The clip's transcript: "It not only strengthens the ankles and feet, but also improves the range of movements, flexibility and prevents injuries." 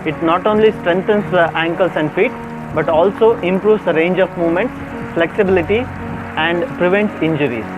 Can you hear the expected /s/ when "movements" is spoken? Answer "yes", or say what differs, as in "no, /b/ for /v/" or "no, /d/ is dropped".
yes